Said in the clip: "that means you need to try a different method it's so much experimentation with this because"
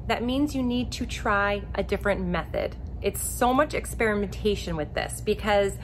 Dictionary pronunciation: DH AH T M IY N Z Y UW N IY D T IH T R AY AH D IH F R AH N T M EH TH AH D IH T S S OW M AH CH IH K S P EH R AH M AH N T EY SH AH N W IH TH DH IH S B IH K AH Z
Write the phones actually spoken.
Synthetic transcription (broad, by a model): DH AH T M IY N Z Y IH N IY D T IH T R AY AH D IH F R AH N M EH TH AH D IH T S S OW M AH CH IH K S P EH R AH M AH N T EY SH AH N W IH DH IH S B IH K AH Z